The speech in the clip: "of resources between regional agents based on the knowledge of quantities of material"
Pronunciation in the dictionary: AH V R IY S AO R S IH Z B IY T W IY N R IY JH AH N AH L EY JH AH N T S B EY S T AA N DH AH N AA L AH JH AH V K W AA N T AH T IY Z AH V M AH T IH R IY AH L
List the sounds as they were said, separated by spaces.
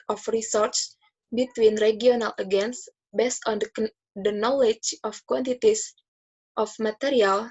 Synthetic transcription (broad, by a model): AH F R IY S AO R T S B IY T W IY N R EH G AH N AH L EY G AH N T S B EY S T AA N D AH N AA L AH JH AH F K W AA N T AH T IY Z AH F M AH T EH R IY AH L